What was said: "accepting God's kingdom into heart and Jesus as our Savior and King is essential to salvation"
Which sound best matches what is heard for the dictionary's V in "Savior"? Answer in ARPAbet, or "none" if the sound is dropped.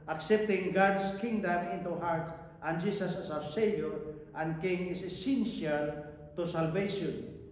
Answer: none